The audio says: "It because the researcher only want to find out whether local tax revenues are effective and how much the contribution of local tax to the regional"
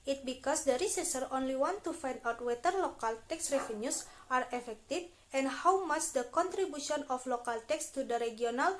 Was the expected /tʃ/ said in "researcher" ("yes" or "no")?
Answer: no